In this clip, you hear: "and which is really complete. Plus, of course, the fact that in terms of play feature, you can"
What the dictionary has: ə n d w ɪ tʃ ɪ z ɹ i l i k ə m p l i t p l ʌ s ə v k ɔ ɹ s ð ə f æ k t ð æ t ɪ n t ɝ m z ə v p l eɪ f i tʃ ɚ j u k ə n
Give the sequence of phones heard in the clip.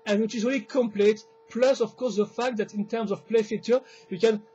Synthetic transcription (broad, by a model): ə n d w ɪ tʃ ɪ z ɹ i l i k ə m p l i t p l ʌ s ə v k ɔ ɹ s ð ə f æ k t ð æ t ɪ n t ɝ m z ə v p l eɪ f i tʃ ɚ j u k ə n